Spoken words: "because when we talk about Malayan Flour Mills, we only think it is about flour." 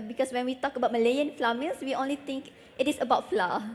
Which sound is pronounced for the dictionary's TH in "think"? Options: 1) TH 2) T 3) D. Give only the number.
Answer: 2